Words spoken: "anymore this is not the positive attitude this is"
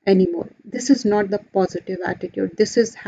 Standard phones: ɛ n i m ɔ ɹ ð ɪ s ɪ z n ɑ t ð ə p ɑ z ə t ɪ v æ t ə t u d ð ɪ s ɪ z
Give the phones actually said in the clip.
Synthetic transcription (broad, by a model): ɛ n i m ɔ ɹ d ɪ s ɪ z n ɑ t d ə p ɑ z ə t ɪ v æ t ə t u d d ɪ s ɪ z